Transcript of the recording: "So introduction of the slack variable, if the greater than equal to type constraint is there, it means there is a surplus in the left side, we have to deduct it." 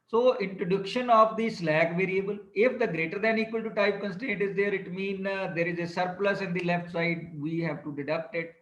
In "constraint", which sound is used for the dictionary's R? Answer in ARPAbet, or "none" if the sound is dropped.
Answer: none